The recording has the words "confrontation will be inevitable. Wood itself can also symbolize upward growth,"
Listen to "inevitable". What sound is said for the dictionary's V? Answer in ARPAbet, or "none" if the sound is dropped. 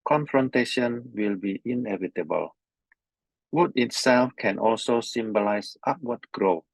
V